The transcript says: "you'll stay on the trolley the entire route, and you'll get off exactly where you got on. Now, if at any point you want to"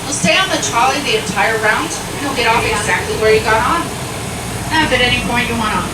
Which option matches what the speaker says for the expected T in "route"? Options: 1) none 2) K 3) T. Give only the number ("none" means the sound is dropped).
1